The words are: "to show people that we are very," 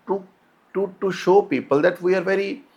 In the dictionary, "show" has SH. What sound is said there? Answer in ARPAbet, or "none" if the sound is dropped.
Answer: SH